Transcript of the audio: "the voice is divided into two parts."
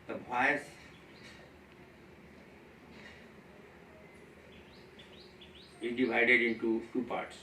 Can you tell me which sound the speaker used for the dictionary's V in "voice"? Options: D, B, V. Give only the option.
B